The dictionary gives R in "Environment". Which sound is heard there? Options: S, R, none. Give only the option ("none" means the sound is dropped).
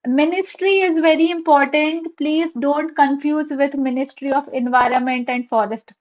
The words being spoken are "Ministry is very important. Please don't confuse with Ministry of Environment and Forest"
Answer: R